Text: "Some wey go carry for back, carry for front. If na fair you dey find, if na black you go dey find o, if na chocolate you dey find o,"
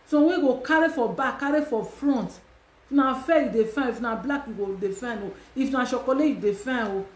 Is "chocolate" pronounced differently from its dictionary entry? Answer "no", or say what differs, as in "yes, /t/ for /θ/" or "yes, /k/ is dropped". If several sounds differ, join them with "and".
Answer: yes, /ʃ/ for /tʃ/